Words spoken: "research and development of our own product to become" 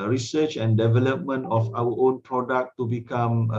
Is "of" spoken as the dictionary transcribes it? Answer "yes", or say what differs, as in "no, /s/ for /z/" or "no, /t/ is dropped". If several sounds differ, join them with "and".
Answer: no, /f/ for /v/